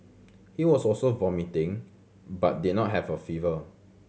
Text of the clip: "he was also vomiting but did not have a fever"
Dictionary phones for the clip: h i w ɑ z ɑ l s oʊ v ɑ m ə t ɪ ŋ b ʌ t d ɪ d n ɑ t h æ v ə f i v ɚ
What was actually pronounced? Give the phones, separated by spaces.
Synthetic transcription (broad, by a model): h i w ɑ s ɑ l s oʊ v ɑ m ə t ɪ ŋ b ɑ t d ɪ d n ɑ t h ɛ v ə f i v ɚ